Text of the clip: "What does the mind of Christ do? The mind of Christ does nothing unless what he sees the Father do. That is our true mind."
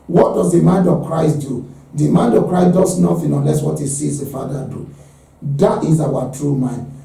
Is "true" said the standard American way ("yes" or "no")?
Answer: yes